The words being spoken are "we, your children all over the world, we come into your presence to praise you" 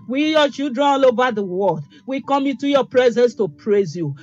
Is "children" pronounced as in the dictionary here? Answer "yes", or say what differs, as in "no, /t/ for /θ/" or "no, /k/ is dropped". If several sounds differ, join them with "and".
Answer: no, /l/ is dropped and /n/ is dropped